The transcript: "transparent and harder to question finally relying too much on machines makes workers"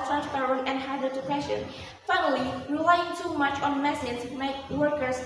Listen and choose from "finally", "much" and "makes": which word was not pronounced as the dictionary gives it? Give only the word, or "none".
makes